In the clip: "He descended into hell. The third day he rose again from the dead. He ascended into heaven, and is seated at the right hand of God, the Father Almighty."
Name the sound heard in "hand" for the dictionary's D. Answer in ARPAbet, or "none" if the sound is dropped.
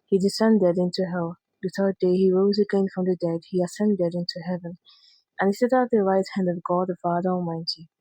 D